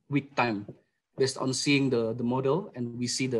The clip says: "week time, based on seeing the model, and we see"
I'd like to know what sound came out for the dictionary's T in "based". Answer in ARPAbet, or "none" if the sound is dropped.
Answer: T